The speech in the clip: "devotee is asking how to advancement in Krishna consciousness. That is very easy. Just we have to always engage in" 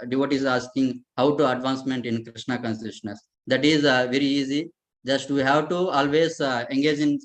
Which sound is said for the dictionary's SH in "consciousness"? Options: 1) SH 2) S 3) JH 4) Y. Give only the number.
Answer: 2